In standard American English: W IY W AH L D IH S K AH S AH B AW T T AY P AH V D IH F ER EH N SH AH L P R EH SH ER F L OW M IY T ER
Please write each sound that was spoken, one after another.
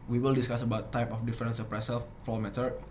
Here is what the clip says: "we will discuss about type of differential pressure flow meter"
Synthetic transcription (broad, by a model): W IY W AH L D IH S K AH S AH B AW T T AY P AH F D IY F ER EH N S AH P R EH S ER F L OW M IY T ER